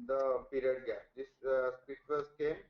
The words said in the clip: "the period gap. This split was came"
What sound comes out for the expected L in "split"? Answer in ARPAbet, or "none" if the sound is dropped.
none